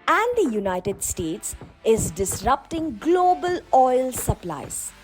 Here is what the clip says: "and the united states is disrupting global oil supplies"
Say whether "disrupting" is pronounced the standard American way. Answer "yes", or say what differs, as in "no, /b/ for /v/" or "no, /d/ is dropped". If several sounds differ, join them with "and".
yes